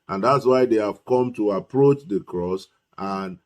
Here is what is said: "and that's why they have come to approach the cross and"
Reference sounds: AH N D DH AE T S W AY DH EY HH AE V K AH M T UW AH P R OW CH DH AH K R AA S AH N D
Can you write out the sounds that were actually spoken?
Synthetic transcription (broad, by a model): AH N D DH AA T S W AY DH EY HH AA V K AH M T UW AH P R OW CH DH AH K R AA S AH N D